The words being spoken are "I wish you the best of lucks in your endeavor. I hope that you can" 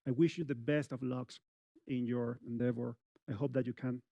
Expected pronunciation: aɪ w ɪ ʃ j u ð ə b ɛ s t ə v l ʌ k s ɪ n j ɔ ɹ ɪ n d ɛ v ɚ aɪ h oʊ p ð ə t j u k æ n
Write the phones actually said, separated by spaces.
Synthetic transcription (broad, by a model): aɪ w ɪ ʃ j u ð ə b ɛ s t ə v l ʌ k s ɪ n j ɔ ɹ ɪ n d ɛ f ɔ aɪ h oʊ p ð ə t j u k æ n